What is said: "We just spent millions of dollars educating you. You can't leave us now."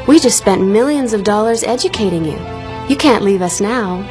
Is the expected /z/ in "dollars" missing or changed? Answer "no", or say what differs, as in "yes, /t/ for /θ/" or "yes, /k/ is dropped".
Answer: no